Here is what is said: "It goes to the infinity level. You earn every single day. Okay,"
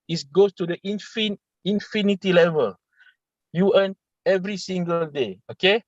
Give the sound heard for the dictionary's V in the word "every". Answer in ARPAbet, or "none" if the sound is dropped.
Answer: V